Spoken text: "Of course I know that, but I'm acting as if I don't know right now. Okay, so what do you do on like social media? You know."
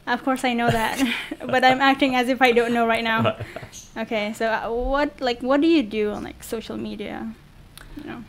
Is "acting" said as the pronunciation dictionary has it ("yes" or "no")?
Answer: yes